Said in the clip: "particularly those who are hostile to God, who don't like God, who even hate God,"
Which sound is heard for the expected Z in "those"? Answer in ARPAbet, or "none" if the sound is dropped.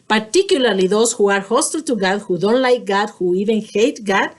S